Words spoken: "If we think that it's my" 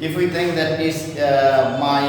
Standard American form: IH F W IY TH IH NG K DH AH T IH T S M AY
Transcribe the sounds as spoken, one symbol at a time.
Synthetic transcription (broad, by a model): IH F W IY T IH NG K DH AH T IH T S M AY